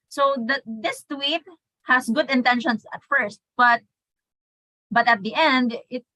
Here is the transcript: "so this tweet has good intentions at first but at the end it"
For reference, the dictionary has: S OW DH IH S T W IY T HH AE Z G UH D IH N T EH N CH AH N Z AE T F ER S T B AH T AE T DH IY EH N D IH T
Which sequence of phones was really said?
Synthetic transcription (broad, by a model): S OW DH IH S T W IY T HH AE S G UH D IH N T EH N SH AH N S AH T F ER S T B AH T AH T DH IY EH N D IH T